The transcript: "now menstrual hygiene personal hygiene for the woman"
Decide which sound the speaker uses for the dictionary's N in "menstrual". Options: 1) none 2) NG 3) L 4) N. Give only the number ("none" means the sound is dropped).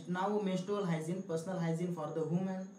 1